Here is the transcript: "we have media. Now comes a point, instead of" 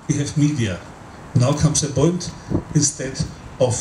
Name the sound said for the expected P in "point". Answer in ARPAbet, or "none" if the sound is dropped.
B